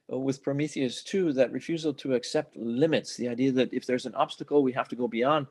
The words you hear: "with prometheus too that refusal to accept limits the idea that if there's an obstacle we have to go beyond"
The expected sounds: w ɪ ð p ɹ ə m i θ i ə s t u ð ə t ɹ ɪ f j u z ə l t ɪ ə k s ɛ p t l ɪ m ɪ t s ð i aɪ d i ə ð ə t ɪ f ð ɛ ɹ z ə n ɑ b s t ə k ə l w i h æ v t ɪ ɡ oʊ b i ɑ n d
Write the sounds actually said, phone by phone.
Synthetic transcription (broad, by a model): w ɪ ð p ɹ ə m i θ i ə s t u ð ə t ɹ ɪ f j u z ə l t ɪ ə k s ɛ p t l ɪ m ɪ t s ð i aɪ d i ə ð ə t ɪ f ð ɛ ɹ z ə n ɑ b s t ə k l w i h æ f t ɪ ɡ oʊ b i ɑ n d